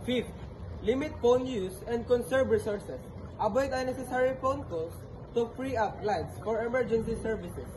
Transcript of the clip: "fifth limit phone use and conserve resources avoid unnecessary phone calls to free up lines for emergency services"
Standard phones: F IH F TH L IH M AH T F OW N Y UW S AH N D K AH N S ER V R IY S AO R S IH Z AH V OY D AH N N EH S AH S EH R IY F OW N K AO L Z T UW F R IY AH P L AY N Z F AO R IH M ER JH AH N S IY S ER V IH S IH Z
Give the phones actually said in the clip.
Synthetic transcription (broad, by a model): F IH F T L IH M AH T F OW N Y UW S AH N D K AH N S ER B R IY S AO R S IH S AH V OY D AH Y N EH S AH S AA R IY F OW N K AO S T UW F R IY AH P L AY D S F AO R IH M ER JH AH N S IY S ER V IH S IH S